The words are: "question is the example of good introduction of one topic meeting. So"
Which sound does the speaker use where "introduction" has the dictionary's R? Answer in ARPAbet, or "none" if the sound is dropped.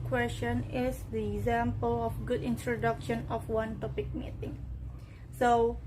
R